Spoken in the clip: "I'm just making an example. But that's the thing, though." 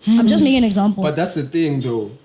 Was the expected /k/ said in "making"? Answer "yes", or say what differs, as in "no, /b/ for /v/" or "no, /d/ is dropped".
no, /k/ is dropped